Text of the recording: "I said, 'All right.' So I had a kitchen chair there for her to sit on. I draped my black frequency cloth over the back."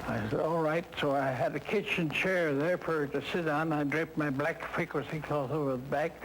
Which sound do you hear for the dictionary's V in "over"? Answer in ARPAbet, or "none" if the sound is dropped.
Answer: V